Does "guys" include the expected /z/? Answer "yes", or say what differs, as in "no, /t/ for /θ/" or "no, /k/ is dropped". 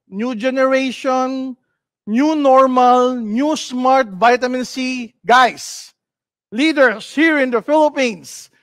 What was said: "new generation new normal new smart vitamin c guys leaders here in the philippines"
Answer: no, /s/ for /z/